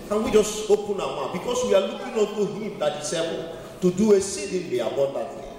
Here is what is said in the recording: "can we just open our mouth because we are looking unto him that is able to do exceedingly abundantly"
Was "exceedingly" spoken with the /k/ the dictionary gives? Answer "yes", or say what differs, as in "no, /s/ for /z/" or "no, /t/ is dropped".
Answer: no, /k/ is dropped